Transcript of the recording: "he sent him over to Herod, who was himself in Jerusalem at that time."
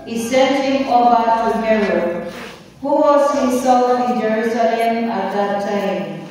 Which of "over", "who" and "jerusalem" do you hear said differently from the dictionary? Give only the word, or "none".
over